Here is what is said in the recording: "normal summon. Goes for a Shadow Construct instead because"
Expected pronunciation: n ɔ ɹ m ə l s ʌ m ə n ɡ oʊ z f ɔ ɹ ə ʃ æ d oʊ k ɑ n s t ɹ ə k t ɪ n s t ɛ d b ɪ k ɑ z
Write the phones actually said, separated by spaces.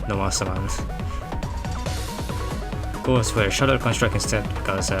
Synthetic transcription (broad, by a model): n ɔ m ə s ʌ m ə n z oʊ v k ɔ w ə ʃ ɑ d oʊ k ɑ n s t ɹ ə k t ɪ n s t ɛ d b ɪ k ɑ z